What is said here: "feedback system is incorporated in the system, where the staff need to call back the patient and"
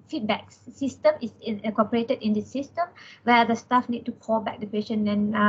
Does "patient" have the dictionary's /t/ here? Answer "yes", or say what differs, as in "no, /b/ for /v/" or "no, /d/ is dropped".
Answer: no, /t/ is dropped